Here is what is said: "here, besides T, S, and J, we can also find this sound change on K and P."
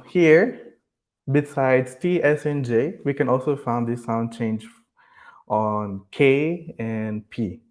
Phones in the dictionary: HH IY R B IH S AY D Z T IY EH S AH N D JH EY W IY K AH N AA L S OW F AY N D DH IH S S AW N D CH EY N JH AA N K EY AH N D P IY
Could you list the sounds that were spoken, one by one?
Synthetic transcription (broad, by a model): HH IY R B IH S AY D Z T IY EH S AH N JH EY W IY K AH N AA L S OW F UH N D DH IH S S AW N D CH EY N JH AA N K EY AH N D P IY